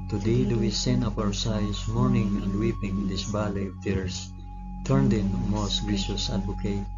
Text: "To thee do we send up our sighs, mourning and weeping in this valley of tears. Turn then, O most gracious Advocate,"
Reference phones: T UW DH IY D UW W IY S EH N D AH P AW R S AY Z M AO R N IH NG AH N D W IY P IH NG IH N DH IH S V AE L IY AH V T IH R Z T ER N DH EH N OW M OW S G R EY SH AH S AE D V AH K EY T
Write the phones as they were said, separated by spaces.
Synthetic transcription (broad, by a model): T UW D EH D UW W IY S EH N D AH P AW R S AY S M AO R N IH NG AH N D W IY P IH NG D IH S B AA L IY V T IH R S T ER N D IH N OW M OW S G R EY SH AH S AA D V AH K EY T